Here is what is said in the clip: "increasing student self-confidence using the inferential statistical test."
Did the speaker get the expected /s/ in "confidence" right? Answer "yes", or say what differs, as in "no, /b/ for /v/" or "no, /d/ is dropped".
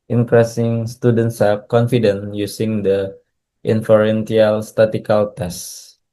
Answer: no, /s/ is dropped